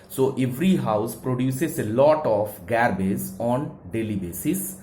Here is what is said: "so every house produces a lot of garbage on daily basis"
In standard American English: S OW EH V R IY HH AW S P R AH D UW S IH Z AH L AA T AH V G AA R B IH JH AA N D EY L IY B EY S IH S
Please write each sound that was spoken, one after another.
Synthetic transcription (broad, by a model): S OW EH V R IY HH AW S P R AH D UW S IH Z AH L AA T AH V G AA R B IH Z AA N D EY L IY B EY S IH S